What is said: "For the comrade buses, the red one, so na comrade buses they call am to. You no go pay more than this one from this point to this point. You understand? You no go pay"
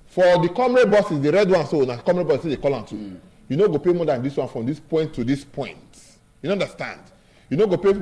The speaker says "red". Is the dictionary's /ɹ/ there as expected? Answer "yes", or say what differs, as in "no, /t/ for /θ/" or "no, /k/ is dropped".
yes